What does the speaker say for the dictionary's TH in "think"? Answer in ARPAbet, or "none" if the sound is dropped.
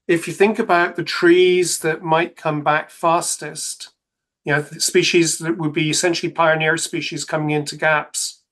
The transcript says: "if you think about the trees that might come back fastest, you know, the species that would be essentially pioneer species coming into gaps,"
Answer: TH